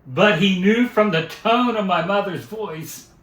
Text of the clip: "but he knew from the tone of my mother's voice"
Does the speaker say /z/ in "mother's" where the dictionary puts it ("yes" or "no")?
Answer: yes